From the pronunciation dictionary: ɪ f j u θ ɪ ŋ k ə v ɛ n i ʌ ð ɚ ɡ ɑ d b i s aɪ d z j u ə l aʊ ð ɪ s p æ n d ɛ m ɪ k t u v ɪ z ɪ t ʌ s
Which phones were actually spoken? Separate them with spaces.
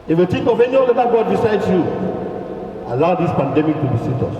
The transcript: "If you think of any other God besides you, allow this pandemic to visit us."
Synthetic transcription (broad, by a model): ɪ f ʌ t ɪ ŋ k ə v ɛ n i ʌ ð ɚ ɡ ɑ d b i s aɪ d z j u ə l aʊ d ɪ s p æ n d ɛ m ɪ k t u b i s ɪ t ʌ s